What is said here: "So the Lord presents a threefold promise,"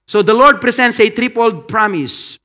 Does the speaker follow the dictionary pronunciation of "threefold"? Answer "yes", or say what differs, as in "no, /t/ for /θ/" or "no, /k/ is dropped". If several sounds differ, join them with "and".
no, /p/ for /f/